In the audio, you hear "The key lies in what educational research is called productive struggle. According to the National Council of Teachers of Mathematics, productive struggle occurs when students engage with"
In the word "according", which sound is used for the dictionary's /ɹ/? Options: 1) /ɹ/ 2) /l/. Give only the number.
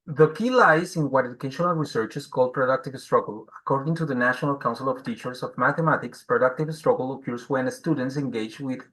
1